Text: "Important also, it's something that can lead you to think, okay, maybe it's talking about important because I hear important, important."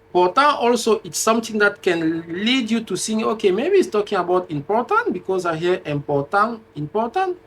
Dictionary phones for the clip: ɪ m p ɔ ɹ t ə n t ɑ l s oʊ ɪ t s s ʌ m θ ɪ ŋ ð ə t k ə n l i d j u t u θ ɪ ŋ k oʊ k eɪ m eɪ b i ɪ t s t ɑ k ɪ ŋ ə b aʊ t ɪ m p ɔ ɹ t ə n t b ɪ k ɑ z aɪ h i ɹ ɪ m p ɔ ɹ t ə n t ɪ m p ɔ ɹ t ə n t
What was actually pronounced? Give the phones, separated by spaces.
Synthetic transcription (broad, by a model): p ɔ t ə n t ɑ l s oʊ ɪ t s s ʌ m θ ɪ ŋ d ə t k ə n l i d j u t u s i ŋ oʊ k eɪ m eɪ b i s t ɑ k ɪ ŋ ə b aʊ t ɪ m p ɔ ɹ t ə n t b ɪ k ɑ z aɪ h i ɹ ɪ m p ɔ t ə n ɪ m p ɔ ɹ t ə n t